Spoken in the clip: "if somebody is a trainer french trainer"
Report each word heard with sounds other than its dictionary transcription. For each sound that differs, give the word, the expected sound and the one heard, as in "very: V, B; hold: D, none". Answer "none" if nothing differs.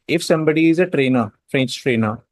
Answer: none